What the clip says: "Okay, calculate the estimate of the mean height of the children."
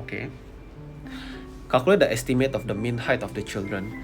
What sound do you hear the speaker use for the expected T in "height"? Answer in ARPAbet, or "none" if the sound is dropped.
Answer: T